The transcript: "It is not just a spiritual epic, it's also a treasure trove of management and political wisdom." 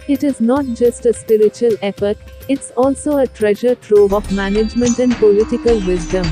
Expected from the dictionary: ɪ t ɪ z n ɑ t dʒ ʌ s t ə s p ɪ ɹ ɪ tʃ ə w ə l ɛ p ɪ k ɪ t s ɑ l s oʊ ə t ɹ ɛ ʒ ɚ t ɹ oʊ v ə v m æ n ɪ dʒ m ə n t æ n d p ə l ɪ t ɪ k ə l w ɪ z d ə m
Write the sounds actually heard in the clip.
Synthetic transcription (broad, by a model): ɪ t ɪ z n ɑ t dʒ ʌ s t ə s p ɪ ɹ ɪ tʃ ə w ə l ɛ f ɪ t ɪ t s ɑ l s oʊ ə t ɹ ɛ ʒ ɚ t ɹ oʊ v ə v m æ n ɪ dʒ m ə n t æ n d p ə l ɪ t ɪ k ə l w ɪ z d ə m